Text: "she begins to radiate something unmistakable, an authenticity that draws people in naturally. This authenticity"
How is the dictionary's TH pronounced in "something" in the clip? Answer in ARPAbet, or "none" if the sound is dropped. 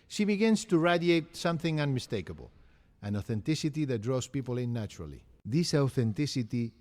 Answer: TH